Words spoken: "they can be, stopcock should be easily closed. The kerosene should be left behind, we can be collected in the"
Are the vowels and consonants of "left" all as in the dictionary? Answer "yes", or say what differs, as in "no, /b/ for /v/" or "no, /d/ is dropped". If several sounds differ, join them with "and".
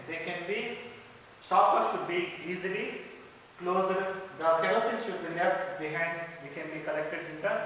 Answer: no, /n/ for /l/